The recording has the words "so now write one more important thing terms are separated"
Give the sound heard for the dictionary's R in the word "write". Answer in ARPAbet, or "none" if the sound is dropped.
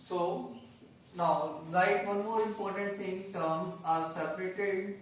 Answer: L